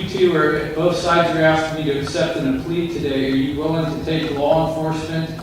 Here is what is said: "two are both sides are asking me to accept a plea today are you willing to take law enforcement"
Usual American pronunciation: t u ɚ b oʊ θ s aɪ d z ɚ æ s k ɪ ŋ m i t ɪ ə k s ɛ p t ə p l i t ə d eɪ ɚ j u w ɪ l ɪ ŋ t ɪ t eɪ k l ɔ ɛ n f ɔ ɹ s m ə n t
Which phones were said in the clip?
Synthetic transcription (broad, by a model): t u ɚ b oʊ θ s aɪ d z ɚ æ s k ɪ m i t ɪ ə k s ɛ p t ə p l i t ə d eɪ ɚ j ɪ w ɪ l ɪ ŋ t ɪ t eɪ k l ɔ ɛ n f ɔ ɹ s m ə n t